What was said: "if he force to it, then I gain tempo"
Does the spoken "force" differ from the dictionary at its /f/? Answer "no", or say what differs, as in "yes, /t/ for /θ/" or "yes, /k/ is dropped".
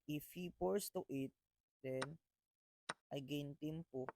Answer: yes, /p/ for /f/